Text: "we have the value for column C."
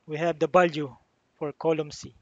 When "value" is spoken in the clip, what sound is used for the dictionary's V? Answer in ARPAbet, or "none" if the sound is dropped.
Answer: B